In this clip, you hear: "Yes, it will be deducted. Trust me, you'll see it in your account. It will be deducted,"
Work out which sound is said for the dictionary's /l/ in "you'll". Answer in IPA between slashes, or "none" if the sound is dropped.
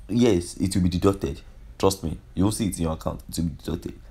/w/